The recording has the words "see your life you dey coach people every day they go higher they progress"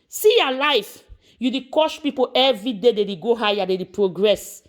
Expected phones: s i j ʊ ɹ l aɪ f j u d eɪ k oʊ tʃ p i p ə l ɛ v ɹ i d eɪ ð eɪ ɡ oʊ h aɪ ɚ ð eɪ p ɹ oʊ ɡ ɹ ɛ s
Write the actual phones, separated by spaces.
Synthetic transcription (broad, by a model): s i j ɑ l aɪ f j u d eɪ k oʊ ʃ p i p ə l ɛ v ɹ i d eɪ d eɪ ɡ oʊ h aɪ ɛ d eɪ p ɹ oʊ ɡ ɹ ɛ s